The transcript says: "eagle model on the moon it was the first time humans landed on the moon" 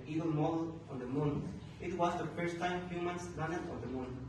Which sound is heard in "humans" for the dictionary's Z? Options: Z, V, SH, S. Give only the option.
S